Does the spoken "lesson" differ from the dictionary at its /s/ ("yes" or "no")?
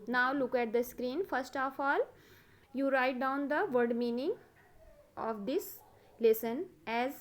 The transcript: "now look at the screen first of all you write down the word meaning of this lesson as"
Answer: no